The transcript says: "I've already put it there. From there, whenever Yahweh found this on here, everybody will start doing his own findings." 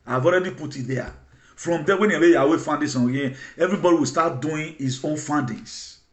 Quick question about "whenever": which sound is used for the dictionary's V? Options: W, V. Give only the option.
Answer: W